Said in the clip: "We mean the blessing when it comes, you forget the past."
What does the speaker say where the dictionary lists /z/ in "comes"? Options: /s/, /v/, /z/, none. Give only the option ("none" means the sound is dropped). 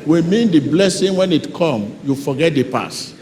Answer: none